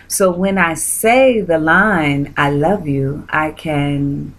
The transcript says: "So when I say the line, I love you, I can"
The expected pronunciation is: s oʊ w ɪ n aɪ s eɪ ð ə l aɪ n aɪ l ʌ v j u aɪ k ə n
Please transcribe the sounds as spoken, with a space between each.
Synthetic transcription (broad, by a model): s oʊ w ɪ n aɪ s eɪ ð ə l aɪ n aɪ l ʌ v j u aɪ k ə n